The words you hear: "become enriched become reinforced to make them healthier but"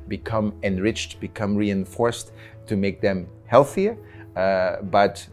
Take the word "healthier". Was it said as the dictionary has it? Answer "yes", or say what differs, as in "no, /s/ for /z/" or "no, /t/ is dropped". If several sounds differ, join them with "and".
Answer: yes